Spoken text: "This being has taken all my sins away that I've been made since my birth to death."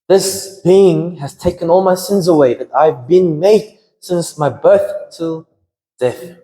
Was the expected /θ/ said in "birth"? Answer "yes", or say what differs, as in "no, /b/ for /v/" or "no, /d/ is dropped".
yes